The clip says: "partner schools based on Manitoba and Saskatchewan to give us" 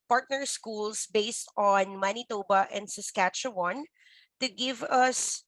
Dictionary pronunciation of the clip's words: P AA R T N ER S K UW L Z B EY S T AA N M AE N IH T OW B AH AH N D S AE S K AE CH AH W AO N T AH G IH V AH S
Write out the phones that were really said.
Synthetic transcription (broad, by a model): P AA R T N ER S K UW L S B EY S T AA N M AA N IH T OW B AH AH N D S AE S K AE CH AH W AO N T AH G IH V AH S